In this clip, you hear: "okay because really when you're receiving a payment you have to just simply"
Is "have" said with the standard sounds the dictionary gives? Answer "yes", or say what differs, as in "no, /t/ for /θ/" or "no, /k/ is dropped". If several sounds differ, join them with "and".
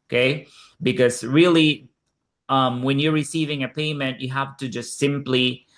no, /f/ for /v/